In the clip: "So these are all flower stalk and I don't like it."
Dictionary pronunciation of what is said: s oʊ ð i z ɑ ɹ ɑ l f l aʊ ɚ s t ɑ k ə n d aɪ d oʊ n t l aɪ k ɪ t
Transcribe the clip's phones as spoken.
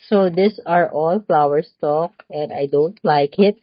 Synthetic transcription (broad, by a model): s oʊ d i s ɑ ɹ ɑ l f l aʊ ɚ s t ɑ k ə n d aɪ d oʊ n t l aɪ k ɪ t